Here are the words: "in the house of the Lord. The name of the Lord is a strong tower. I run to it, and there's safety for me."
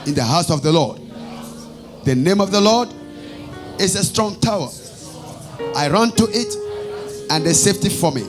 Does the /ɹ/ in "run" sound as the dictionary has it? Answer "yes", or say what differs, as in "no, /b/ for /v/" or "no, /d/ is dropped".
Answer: yes